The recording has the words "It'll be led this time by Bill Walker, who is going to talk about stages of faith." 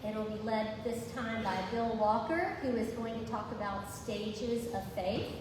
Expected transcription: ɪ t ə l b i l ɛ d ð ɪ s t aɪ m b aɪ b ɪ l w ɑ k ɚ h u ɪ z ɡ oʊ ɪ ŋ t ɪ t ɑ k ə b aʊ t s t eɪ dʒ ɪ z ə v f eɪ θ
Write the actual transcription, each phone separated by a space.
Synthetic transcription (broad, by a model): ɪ t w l b i l ɛ d ð ɪ s t aɪ m b aɪ b ɪ l w ɑ k ɚ h u ɪ z ɡ oʊ ɪ ŋ t ɪ t ɑ k ə b aʊ t s t eɪ dʒ ɪ z ə v f eɪ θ